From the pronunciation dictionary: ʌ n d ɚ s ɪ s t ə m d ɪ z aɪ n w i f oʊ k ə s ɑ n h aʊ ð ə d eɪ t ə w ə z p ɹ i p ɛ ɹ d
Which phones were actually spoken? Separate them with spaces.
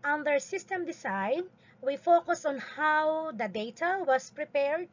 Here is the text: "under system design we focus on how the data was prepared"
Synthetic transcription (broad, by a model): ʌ n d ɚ s ɪ s t ə m d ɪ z aɪ n w i f oʊ k ə s ɑ n h aʊ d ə d eɪ t ə w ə s p ɹ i p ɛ ɹ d